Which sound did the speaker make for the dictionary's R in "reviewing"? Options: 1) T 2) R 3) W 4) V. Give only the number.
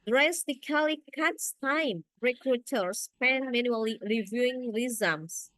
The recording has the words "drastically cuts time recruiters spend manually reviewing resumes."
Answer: 2